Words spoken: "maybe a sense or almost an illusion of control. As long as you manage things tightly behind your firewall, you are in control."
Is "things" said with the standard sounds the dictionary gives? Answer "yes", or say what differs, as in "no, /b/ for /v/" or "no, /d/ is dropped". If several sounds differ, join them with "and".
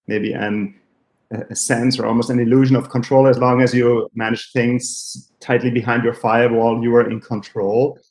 yes